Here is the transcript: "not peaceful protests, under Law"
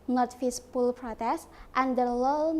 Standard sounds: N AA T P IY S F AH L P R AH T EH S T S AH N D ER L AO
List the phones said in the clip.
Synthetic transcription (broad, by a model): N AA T F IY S P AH L P R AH T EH S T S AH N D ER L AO